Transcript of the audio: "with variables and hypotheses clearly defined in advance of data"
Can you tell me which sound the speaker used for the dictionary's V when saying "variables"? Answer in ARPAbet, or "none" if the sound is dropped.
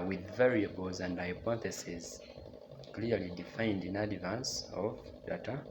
V